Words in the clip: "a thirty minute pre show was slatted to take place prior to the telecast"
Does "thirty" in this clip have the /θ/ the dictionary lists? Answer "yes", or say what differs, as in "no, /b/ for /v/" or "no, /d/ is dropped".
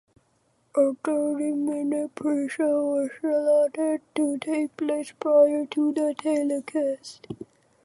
no, /t/ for /θ/